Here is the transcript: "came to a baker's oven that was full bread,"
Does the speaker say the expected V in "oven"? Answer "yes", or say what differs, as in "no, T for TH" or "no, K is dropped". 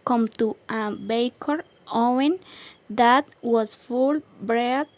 no, V is dropped